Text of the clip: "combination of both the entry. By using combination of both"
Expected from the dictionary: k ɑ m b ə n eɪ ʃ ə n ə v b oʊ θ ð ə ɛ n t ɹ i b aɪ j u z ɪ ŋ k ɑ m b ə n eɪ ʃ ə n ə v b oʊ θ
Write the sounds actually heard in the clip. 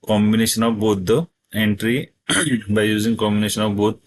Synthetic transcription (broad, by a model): k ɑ m b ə n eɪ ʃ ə n ə v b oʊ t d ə ɛ n t ɹ i b aɪ j u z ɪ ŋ k ɑ m b ə n eɪ ʃ ə n ə v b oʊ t